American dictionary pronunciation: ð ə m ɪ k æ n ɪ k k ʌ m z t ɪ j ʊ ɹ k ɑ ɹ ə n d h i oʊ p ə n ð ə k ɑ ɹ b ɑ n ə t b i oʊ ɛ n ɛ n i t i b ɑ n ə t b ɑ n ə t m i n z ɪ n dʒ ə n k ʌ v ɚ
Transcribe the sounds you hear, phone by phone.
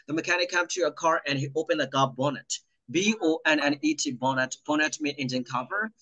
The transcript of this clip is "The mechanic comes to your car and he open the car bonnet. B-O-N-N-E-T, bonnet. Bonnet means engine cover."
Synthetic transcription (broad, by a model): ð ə m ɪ k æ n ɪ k k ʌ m t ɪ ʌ k ɑ ɹ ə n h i oʊ p ə n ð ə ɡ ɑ b ɑ n ə t b i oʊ ɛ n ɛ n i t i b ɑ n ə t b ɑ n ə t m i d ɪ n dʒ ə n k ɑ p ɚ